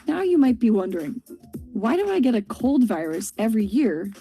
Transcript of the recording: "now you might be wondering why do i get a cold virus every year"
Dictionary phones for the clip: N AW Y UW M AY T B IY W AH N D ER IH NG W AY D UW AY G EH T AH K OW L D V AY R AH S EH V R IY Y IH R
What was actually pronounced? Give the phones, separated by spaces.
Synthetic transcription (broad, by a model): N AW Y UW M AY T B IY W AH N D ER IH NG W AY D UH AY G EH T AH K OW L D V AY R AH S EH V R IY Y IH R